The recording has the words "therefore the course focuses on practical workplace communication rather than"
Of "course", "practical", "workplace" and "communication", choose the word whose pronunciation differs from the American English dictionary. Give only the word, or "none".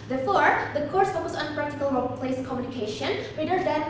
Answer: workplace